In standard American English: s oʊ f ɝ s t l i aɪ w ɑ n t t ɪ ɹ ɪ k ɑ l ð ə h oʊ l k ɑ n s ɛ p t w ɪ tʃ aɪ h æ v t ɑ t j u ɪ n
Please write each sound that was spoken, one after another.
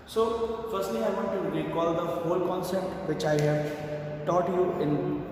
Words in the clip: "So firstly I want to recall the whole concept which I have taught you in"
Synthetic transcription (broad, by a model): s oʊ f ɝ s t l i aɪ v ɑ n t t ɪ l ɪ k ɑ l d ə h oʊ l k ɑ n s ɛ p t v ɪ tʃ aɪ h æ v t ɑ t j u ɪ n